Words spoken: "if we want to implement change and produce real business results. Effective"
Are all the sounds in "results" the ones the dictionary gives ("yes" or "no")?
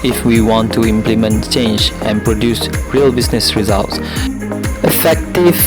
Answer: yes